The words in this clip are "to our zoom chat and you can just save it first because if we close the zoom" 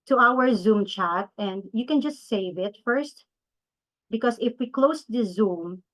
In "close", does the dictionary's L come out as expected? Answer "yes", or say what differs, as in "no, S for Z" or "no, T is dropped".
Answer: yes